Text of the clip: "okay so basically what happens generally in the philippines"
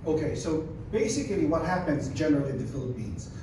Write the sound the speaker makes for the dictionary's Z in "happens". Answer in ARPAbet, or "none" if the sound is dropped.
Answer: Z